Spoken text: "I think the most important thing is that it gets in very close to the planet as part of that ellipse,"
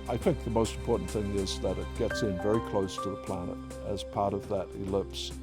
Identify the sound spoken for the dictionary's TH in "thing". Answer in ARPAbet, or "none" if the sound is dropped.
TH